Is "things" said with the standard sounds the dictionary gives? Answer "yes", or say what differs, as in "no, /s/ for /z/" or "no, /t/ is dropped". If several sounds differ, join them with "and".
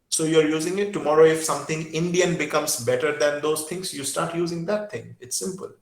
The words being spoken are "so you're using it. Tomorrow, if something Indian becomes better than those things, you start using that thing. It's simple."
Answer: no, /t/ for /θ/